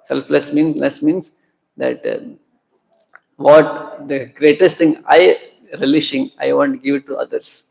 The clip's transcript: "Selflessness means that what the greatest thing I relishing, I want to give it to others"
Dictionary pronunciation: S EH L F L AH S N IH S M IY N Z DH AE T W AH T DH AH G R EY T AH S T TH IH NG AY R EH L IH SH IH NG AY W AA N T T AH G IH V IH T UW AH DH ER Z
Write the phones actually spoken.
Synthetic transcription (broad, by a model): S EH L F L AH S N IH S M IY N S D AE T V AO T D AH G R EY T AH S T T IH NG AY R EH L IH SH IH NG AY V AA N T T G IH V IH T UW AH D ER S